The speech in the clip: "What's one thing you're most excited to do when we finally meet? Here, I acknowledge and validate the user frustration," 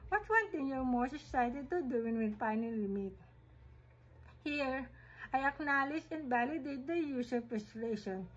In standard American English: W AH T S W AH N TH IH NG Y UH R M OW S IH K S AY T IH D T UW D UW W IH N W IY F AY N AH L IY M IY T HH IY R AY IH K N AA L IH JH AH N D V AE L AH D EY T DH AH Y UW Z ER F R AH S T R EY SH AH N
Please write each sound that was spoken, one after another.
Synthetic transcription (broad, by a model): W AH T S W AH N T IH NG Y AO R M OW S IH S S AY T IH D T UW D UW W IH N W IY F AY N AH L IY M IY T HH IY R AY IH K N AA L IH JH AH N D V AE L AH D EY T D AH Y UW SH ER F R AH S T R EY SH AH N